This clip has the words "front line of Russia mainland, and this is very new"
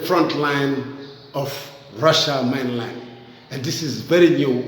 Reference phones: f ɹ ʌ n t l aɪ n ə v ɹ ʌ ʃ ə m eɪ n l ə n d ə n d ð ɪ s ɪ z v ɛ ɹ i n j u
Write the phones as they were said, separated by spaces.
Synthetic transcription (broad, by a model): f ɹ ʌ n t l aɪ n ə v ɹ ʌ ʃ ə m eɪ n l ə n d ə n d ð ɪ s ɪ z v ɛ ɹ i n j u